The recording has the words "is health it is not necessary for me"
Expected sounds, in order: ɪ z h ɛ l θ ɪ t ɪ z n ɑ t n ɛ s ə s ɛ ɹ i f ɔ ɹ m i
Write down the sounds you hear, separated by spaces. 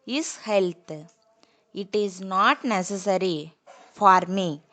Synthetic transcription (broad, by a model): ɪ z h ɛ l t ɪ t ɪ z n ɑ t n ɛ s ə s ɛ ɹ i f ɔ ɹ m i